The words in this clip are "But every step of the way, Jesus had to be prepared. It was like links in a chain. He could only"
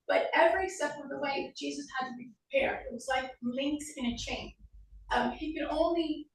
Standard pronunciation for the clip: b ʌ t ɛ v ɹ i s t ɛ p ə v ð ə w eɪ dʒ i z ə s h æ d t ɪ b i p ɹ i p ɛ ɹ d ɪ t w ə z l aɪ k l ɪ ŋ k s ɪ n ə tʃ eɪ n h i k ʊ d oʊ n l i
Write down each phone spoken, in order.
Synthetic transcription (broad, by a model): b ʌ t ɛ v ɹ i s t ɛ f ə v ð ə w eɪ dʒ i z ə s h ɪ d t ɪ b i p ɹ i p ɛ ɹ d ɪ t w ə z l aɪ k l ɪ ŋ k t ɪ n ə tʃ eɪ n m i k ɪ d oʊ n l i